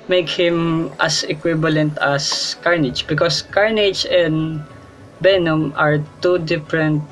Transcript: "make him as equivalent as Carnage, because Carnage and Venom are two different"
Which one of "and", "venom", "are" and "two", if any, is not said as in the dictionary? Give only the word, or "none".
venom